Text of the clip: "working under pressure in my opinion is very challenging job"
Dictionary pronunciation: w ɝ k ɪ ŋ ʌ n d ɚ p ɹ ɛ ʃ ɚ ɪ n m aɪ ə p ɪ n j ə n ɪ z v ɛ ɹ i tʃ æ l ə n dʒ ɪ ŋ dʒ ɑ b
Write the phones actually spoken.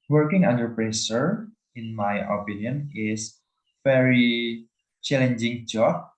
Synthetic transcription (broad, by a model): w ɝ k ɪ ŋ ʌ n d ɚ p ɹ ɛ s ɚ ɪ n m aɪ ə p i n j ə n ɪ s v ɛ ɹ i tʃ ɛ l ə n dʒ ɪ ŋ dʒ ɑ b